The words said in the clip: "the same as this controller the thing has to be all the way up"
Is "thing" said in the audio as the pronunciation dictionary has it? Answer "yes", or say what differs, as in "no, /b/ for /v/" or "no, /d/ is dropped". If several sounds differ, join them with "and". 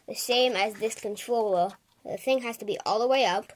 yes